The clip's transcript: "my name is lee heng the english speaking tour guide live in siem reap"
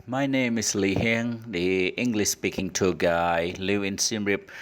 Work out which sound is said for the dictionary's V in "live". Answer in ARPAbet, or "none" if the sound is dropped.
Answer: none